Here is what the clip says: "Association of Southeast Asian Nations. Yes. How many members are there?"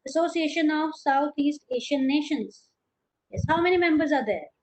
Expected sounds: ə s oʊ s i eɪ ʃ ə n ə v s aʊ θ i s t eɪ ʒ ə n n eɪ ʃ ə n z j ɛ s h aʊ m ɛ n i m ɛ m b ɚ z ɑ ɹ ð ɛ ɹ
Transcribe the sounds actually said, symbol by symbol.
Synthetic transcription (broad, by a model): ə s oʊ s i eɪ ʃ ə n ə v s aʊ t i s t eɪ ʃ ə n n eɪ ʃ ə n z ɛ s h aʊ m ɛ n i m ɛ m b ɚ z ɑ ɹ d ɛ ɹ